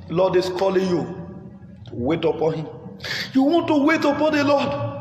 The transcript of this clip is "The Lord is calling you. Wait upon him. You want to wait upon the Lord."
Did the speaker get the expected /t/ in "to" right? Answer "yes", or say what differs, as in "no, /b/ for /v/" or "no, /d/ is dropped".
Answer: yes